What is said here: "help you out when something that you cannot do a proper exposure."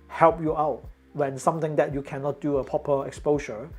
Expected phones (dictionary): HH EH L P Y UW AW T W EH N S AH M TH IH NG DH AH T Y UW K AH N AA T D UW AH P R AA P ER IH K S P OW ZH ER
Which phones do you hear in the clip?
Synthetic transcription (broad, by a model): HH EH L P Y UW AW T W EH N S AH M T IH NG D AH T Y UW K AH N AA T D UW AH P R AA P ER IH K S P OW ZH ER